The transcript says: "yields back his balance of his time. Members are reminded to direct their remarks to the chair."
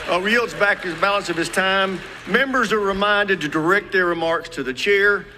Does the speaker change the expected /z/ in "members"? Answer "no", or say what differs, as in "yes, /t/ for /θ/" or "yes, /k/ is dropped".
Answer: no